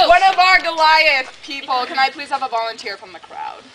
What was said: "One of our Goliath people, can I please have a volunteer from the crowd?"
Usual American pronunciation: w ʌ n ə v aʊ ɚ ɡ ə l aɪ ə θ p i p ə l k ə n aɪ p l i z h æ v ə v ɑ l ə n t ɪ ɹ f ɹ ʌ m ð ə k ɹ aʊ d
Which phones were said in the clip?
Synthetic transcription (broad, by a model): w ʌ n ə v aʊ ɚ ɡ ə l aɪ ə s p i p l k ə n aɪ p l i z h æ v ə v ɑ l ə n t ɪ ɹ f ɹ ʌ m ð ə k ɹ aʊ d